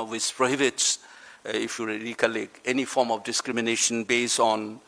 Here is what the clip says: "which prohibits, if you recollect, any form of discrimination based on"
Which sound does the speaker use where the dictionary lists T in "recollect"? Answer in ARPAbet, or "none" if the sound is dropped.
none